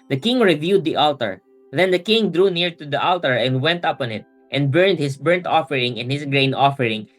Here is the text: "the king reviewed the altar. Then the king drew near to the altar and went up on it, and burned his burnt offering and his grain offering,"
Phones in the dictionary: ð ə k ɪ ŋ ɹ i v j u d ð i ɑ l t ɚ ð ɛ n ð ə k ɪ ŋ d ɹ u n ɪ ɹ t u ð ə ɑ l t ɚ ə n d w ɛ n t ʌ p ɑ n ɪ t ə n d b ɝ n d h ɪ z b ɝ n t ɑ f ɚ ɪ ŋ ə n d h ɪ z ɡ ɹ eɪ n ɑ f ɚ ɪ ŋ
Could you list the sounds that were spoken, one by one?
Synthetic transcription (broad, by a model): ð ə k ɪ ŋ ɹ i v j u d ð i ɑ l t ɚ ð ɛ n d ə k ɪ ŋ d ɹ u n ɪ ɹ t u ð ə ɑ l t ɚ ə n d w ɛ n t ʌ p ɑ n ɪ t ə n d b ɝ n d h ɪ s b ɝ n t ɑ f ɚ ɪ ŋ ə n h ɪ s ɡ ɹ eɪ n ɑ f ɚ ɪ ŋ